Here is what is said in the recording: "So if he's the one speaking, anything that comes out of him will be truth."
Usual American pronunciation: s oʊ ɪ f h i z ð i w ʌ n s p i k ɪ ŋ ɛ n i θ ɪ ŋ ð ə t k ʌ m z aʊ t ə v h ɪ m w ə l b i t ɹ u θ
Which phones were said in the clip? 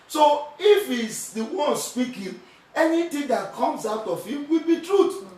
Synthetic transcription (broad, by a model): s oʊ ɪ f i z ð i w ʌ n s p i k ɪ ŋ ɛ n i t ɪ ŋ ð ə t k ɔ m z aʊ t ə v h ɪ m w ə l b i t ɹ u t